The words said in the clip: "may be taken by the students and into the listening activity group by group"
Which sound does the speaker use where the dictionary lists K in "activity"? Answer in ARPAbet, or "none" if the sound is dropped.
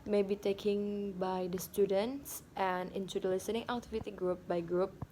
none